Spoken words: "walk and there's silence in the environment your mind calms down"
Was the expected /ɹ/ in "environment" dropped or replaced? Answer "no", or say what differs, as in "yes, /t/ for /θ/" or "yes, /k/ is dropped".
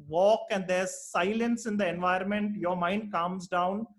yes, /ɹ/ is dropped